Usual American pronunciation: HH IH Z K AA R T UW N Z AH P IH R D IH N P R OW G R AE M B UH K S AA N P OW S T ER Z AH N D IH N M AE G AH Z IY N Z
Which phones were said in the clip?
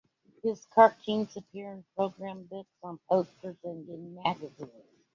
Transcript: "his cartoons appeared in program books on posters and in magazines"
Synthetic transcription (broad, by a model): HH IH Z K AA R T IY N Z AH P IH R IH N P R OW G R AE M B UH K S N P OW S T ER Z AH N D IH N M AE G AH Z IY N Z